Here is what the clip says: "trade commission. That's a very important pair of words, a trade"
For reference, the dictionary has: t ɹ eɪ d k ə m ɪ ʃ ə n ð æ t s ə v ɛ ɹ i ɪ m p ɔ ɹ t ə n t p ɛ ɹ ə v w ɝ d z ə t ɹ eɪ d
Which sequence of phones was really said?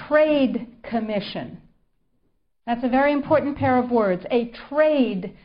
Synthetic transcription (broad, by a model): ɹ eɪ d k ə m ɪ ʃ ə n ð æ t s ə v ɛ ɹ i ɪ m p ɔ ɹ t n p ɛ ɹ ə v w ɝ d z ə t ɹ eɪ d